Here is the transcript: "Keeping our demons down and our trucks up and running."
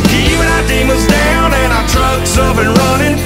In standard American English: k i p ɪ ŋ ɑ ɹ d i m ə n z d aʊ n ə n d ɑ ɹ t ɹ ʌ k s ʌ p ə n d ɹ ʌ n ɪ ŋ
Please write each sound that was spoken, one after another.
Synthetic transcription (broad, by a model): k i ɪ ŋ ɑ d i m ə z d aʊ n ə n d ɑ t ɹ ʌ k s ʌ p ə n ɹ ʌ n ɪ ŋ